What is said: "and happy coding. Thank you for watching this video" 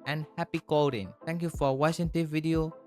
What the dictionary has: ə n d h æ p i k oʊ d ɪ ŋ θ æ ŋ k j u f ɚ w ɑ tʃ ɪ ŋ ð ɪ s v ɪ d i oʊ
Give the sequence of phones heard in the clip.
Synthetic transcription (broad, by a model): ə n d h æ p i k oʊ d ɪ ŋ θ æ ŋ k j u f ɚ w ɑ ʃ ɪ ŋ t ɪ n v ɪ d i oʊ